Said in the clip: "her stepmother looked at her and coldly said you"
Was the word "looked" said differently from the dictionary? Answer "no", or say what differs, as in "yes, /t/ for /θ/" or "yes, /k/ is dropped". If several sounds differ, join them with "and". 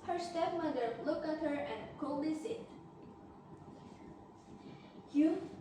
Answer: yes, /t/ is dropped